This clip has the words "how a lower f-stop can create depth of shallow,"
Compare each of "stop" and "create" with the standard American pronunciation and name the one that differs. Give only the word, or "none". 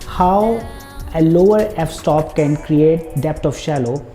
none